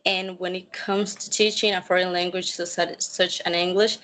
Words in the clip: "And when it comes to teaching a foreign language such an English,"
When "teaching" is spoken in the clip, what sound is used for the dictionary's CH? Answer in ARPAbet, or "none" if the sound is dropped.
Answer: CH